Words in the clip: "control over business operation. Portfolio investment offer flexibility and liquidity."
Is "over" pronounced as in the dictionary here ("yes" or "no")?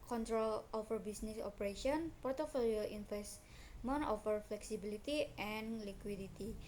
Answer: no